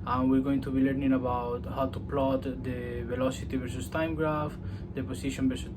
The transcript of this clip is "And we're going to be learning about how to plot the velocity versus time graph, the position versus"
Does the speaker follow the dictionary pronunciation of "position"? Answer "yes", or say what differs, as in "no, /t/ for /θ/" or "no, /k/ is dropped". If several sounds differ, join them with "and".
no, /s/ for /z/